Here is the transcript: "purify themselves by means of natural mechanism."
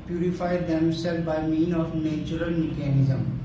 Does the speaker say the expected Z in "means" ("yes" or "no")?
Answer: no